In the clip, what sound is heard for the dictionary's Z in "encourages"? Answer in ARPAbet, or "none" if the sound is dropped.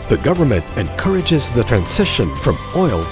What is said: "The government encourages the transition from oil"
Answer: Z